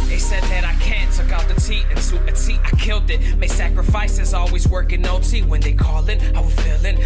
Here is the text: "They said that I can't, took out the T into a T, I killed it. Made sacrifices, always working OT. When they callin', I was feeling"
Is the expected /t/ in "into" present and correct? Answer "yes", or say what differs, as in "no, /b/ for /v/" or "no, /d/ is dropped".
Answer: no, /s/ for /t/